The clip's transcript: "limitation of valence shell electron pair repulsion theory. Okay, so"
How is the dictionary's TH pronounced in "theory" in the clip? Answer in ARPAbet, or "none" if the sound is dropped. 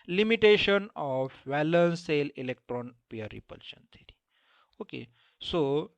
T